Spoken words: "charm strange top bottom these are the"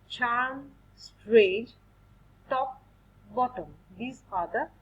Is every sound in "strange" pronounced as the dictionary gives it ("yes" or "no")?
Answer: no